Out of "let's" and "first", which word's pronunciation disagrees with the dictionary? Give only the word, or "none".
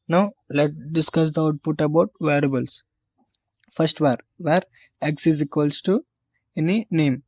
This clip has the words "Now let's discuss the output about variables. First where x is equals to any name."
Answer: let's